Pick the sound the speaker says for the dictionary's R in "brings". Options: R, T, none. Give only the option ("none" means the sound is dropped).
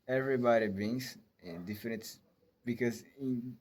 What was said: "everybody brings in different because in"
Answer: none